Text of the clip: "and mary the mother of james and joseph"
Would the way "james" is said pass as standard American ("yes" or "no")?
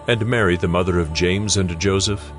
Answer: yes